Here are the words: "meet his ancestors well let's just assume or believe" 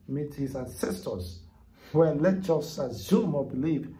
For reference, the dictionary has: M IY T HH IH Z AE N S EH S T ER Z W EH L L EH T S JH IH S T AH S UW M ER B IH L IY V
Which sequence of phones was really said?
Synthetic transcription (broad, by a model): M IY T HH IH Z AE N S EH S T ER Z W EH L L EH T JH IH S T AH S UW M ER B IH L IY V